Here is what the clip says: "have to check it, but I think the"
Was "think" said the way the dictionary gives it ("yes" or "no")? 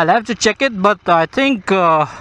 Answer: no